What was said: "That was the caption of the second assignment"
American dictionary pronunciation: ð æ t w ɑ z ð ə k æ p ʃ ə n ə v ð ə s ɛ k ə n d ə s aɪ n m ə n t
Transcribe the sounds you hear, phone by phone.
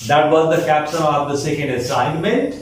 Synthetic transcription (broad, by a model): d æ t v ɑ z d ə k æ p s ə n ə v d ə s ɛ k ə n d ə s aɪ n m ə n t